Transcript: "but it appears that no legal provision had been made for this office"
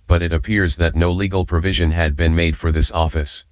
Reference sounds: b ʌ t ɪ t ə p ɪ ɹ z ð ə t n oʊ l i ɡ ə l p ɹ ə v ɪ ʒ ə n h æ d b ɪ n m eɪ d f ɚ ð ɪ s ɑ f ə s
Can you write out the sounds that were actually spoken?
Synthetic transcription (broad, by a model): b ʌ t ɪ t ə p ɪ ɹ z ð ə t n oʊ l i ɡ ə l p ɹ ə v ɪ ʒ ə n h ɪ d b ɪ n m eɪ d f ɚ ð ɪ s ɑ f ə s